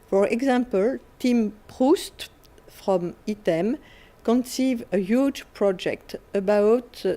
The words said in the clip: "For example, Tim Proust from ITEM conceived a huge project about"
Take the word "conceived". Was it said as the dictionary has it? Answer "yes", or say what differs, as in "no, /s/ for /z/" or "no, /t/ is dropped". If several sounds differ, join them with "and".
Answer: no, /d/ is dropped